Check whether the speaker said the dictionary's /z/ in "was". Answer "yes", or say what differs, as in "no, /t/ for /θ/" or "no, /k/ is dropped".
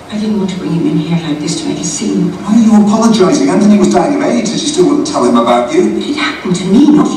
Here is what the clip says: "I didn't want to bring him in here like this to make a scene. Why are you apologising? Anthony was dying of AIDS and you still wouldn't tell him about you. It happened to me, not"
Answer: yes